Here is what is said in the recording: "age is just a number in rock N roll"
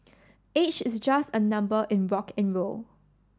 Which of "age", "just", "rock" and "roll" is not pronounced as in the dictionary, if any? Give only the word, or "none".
age